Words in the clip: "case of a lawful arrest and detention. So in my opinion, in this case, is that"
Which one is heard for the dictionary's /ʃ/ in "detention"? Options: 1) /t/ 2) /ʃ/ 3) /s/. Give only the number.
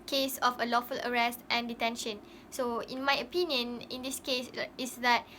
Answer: 2